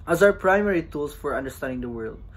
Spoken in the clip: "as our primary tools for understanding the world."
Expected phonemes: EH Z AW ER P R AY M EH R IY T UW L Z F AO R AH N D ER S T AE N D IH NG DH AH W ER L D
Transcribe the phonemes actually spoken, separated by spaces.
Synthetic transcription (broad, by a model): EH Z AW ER P R AY M EH R IY T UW L S F AO R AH N D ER S T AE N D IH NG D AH W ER L D